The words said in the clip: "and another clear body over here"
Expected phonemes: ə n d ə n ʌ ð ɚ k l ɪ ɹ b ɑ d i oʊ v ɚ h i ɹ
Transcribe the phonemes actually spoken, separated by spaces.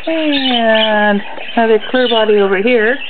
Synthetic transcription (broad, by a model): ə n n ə ʊ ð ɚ k l ɪ ɹ b ɑ d i oʊ v ɚ h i ɹ